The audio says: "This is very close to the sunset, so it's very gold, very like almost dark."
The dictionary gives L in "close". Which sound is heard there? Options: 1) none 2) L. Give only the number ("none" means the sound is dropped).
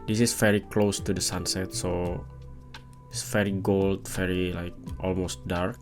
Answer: 2